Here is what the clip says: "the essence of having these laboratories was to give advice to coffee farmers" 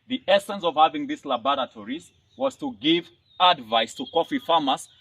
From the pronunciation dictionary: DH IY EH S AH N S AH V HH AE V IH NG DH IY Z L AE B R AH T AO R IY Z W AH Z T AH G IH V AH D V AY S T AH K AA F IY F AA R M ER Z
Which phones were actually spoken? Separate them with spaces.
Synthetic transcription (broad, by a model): DH IY EH S AH N S AH V HH AE V IH NG DH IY S L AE B R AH T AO R IY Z W AH Z T AH G IH V AH D V AY S T AH K AA F IY F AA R M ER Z